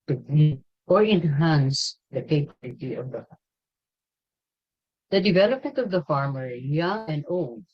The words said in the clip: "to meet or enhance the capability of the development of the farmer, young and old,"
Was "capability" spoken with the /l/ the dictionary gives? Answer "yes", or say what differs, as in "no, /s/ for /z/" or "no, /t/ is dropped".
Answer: no, /l/ is dropped